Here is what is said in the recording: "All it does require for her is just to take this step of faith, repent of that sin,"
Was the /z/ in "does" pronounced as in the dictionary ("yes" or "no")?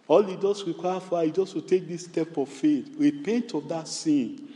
no